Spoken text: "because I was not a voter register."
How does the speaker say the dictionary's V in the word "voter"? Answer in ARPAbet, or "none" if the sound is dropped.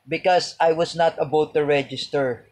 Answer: B